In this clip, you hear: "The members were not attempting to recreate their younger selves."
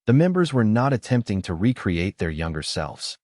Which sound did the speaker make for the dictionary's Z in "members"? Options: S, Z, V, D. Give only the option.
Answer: Z